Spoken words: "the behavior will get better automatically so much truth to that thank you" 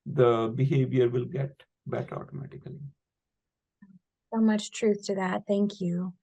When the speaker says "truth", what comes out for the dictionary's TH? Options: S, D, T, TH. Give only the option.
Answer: TH